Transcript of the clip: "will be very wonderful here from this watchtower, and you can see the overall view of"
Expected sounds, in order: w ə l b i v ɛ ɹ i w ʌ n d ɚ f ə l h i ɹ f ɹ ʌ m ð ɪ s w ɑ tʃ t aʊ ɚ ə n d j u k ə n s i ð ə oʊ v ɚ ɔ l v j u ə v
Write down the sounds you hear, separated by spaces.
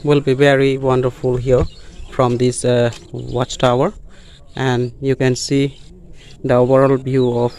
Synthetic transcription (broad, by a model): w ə l b i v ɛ ɹ i w ʌ n d ɚ f ə l h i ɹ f ɹ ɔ m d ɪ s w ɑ tʃ t aʊ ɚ ə n d j u k ə n s i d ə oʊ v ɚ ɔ l b j u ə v